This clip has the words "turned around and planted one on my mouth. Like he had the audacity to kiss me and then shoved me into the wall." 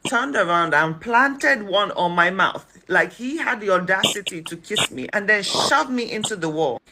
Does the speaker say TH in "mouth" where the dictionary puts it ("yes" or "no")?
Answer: yes